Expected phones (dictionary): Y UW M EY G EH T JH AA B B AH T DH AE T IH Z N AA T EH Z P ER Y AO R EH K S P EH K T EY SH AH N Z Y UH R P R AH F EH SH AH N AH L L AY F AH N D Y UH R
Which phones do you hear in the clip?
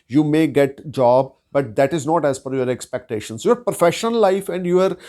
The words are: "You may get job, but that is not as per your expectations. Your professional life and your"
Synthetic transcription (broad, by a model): Y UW M EY G EH T JH AA B B AH T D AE T IH Z N AA T EH Z F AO Y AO R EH K S P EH K T EY SH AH N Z Y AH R P R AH F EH SH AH N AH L L AY F AH N D Y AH R